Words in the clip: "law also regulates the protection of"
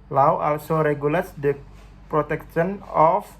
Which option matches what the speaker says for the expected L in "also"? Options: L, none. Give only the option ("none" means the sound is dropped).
L